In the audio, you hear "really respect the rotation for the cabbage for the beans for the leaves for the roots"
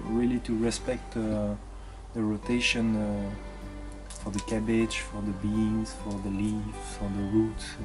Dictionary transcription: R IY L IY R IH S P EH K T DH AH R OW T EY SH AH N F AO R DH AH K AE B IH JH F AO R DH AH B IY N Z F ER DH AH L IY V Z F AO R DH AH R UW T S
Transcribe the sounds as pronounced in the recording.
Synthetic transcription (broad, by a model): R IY L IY R IH S P EH K T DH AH R OW T EY SH AH N F AO R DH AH K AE B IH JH F AO R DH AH B IY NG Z F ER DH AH L IY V F AO R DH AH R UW T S